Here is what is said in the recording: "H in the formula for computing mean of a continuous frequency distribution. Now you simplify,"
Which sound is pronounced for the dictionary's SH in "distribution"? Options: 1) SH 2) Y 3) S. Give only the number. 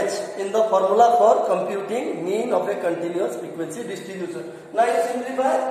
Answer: 3